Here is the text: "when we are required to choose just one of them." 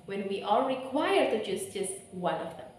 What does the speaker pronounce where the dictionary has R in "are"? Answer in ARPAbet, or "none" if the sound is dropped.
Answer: L